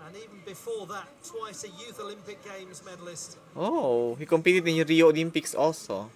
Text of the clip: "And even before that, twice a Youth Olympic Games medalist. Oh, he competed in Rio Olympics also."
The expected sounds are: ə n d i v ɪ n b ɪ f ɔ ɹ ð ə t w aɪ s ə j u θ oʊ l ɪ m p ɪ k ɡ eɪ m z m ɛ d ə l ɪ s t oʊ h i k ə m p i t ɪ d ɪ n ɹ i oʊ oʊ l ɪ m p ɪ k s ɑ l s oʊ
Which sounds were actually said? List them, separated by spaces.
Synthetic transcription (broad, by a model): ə n i v ɪ n b ɪ f ɔ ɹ ð ə t w aɪ s ə j u θ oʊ l ɪ m p ɪ k ɡ eɪ m z m ɛ d ə l ɪ s t oʊ h i k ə m p i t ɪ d ɪ n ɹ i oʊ oʊ l ɪ m p ɪ k s ɑ l s oʊ